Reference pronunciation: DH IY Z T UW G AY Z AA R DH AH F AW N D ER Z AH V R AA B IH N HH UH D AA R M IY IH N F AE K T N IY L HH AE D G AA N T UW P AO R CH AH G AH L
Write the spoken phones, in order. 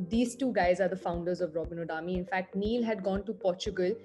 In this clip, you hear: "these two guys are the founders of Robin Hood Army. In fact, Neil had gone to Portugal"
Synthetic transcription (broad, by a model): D IY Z T UW G AY Z AA R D AH F AW N D ER Z AH V R AA B IH N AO D AA M IY IH N F AE K T N IY L HH AE D G AA N T UW P AO R CH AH G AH L